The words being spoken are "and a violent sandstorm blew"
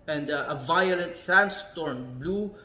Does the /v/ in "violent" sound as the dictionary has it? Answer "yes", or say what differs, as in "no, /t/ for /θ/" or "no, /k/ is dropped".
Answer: yes